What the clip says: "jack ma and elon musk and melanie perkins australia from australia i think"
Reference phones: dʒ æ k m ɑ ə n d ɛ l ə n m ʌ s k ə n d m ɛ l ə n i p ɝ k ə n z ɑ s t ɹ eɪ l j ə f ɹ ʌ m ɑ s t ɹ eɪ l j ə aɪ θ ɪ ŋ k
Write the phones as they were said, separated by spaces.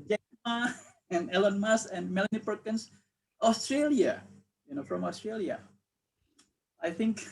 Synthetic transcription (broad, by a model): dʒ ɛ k m ɑ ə n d ɛ l ə n m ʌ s ə n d m ɛ l ə n i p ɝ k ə n s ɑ s t ɹ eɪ l j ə f ɹ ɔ m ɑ s t ɹ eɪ l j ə aɪ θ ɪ ŋ k